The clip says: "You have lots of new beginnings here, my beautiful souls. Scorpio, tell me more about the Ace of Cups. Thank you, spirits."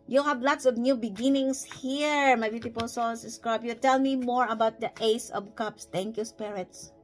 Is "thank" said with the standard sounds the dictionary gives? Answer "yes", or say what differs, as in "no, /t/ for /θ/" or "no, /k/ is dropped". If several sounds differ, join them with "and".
no, /t/ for /θ/